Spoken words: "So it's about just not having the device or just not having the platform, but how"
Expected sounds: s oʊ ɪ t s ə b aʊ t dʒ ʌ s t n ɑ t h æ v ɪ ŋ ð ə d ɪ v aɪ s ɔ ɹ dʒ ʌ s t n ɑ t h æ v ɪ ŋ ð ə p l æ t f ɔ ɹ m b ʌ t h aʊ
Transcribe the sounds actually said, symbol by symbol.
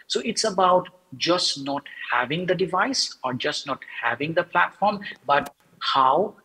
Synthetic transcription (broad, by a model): s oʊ ɪ t s ə b aʊ t dʒ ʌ s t n ɑ t h æ v ɪ ŋ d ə d ɪ v aɪ s ɔ ɹ dʒ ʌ s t n ɑ t h æ v ɪ ŋ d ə p l æ t f ɔ ɹ m b ʌ t h aʊ